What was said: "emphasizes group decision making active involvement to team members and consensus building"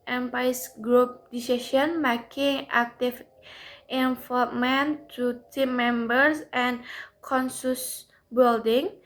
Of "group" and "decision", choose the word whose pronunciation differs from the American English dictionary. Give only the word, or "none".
decision